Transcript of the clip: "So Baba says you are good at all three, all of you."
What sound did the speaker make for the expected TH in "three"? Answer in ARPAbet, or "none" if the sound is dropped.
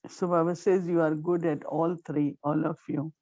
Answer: T